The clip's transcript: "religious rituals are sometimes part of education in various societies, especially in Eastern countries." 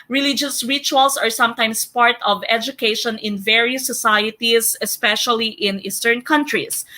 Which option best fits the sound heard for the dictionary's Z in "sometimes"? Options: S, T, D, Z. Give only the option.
S